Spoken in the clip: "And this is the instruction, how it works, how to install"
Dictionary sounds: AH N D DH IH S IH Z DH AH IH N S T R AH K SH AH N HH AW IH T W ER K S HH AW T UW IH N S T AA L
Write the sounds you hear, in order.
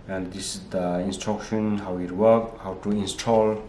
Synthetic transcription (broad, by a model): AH N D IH S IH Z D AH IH N S T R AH K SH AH N HH AW IH T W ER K HH AW T UW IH N S T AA L